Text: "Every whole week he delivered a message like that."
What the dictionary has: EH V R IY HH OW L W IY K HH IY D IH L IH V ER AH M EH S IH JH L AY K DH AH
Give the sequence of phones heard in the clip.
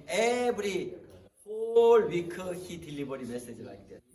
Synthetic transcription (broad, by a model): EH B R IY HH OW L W IY K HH IY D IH L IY B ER AH M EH S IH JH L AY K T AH